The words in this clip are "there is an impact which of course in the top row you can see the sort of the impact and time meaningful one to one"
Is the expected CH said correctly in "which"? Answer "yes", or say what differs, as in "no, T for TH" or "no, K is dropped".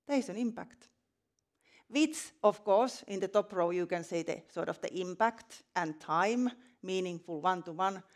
no, S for CH